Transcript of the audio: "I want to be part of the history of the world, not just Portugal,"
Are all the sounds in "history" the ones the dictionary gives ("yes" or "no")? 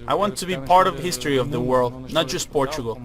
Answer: yes